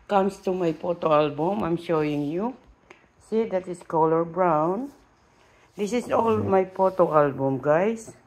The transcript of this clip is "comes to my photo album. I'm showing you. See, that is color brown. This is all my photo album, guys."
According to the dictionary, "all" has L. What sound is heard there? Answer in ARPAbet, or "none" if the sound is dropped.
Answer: L